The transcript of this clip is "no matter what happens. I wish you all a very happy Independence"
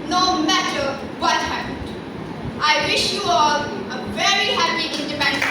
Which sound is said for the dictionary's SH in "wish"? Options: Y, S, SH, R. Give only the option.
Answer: SH